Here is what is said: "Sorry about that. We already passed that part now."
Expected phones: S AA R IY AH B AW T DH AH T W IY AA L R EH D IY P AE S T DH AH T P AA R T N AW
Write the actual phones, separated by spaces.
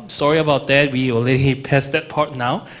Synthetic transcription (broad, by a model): S AA R IY AH B AW T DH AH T W IY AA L EH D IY P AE S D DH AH T P AA R T N AW